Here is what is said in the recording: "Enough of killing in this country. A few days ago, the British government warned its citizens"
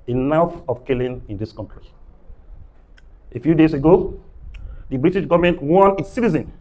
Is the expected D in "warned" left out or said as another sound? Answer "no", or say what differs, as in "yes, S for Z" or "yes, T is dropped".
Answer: yes, D is dropped